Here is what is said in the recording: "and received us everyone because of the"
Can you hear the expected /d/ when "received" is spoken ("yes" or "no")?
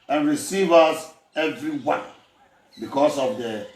no